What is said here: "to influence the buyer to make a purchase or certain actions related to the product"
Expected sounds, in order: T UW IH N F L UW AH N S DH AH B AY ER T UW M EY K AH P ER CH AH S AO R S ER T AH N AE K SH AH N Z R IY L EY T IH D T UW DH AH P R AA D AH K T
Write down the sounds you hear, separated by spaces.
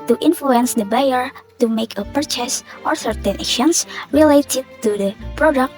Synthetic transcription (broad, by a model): T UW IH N F L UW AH N S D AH B AY ER T UW M EY K AH P ER CH AH S AO R S ER T AH N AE K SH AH N S R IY L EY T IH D T UW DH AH P R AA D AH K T